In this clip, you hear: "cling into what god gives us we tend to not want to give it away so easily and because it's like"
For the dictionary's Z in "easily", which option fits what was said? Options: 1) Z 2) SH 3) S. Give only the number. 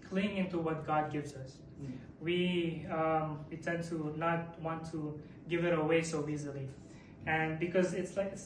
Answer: 1